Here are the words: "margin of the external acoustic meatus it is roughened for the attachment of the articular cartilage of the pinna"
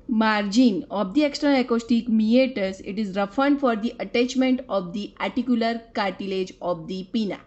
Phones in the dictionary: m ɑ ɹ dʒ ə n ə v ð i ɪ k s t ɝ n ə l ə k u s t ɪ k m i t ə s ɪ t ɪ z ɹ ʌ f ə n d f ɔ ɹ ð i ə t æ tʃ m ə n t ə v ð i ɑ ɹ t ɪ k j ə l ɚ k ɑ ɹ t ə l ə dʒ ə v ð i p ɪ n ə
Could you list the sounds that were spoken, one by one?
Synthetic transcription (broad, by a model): m ɑ ɹ dʒ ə n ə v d i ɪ k s t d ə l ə k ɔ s t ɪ k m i t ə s ɪ t ɪ z ɹ ʌ f ə n d f ɔ ɹ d i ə t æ tʃ m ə n t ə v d i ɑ ɹ t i k j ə l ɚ k ɑ ɹ t ə l ə dʒ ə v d i p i n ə